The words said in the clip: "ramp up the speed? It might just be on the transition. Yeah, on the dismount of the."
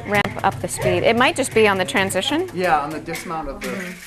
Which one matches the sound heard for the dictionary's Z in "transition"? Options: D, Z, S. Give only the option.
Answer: Z